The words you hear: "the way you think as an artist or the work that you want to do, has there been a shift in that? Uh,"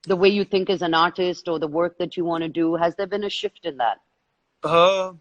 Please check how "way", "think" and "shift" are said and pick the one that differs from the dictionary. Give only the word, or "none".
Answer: none